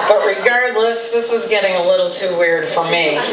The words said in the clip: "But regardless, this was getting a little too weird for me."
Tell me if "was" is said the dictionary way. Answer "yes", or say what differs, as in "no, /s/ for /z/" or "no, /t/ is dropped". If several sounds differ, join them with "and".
yes